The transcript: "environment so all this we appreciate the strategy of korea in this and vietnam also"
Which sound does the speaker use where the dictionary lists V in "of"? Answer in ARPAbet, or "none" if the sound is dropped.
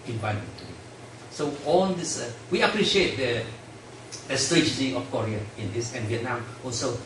F